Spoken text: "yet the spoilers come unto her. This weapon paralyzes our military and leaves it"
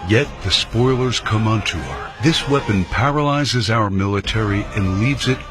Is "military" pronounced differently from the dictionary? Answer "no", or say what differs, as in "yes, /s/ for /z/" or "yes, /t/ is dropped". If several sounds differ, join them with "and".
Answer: no